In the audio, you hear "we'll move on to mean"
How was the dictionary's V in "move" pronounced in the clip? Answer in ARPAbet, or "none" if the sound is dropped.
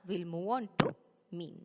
W